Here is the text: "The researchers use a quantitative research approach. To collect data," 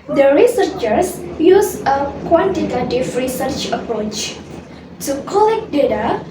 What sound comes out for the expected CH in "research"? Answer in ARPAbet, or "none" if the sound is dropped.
CH